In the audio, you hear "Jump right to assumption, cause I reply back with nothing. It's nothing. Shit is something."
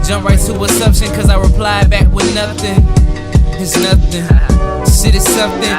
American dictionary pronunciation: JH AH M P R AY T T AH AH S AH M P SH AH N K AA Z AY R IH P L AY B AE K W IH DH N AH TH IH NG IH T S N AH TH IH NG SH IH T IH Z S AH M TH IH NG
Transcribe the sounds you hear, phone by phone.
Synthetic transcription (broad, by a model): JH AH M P R AY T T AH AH S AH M SH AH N K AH Z AY R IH P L AY B AE K W IH DH N AH TH IH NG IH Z N AH TH IH NG S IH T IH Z S AH M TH IH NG